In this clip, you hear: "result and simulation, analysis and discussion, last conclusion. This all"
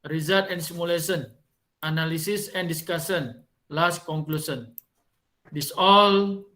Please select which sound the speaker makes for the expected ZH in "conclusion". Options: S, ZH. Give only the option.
S